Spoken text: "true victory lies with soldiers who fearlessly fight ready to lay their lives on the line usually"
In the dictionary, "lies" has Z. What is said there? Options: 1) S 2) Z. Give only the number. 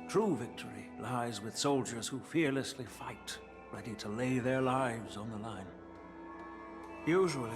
2